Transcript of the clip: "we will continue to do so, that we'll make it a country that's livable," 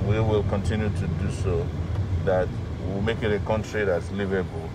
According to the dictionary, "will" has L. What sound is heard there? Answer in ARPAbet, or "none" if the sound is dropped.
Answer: L